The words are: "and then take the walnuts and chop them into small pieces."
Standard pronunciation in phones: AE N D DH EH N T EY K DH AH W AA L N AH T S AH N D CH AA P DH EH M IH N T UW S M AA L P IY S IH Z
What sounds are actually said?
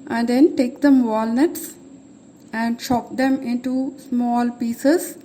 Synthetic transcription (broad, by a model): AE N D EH N T EY K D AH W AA L N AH T S AH N D SH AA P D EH M IH N T UW S M AA L P IY S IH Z